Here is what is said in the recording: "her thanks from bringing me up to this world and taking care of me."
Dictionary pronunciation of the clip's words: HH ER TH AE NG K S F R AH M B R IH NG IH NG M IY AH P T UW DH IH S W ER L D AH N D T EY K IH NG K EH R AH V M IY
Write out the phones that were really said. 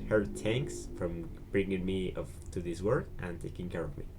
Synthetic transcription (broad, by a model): HH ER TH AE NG K S F R AH M B R IH NG IH NG M IY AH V T UW DH IH S W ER D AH N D T EY K IH NG K EH R AH V M IY